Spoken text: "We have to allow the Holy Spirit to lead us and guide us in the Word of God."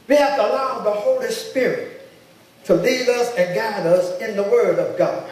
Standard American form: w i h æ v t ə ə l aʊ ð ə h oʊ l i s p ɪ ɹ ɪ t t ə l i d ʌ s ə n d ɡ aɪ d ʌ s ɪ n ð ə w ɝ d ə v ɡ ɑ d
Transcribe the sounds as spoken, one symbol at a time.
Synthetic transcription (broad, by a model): w i h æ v t ə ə l aʊ ð ə h oʊ l i s p ɪ ɹ ɪ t t ə l i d ʌ s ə n ɡ aɪ d ʌ s ɪ n ð ə w ɝ d ə v ɡ ɑ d